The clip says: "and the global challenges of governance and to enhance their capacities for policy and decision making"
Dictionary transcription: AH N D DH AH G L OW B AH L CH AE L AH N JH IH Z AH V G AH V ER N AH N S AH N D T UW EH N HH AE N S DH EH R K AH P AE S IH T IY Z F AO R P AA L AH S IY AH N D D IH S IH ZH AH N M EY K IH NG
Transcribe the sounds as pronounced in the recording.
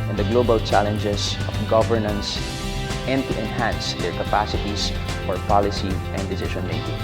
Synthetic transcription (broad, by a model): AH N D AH G L OW B AH L CH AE L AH N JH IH S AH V G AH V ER N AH N S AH N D T UW EH N HH AE N S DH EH R K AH P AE S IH T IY S F AO R P AA L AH S IY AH N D D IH S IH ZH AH N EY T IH